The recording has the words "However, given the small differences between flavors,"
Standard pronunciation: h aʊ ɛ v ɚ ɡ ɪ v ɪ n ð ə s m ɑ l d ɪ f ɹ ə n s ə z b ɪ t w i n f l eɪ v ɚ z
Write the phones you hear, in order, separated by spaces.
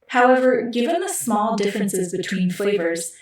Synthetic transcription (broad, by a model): h aʊ ɛ v ɚ ɡ ɪ v ɪ n ð ə s m ɑ l d ɪ f ɹ ə n s ə z b ɪ t w i n f l eɪ v ɚ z